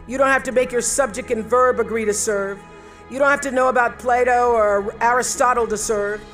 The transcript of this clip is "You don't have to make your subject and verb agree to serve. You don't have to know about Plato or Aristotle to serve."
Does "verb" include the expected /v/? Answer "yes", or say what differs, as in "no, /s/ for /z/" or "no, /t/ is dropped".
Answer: yes